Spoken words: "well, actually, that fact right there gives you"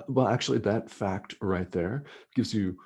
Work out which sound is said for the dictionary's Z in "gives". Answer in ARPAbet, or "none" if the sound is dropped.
Z